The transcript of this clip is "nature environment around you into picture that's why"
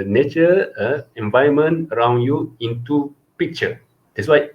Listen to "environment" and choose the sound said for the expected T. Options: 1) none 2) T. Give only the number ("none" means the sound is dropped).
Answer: 1